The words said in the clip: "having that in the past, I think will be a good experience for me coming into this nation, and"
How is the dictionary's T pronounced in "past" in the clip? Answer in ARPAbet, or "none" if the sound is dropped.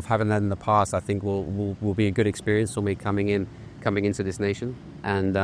T